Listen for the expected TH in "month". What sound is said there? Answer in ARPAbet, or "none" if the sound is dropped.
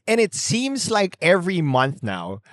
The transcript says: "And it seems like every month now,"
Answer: TH